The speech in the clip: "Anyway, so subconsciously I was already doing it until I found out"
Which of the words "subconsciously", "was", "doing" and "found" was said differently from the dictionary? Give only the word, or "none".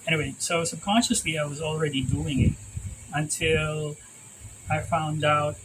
none